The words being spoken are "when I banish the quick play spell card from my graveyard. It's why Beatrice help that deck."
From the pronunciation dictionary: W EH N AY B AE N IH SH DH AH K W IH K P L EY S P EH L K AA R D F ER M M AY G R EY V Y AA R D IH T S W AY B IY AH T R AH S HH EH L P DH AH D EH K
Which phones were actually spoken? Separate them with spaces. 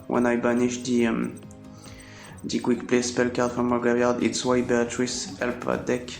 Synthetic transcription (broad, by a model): W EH N AY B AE N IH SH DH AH K W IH K P L EY S P EH L K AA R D F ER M M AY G EY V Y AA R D IH T S W AY B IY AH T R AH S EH L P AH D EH K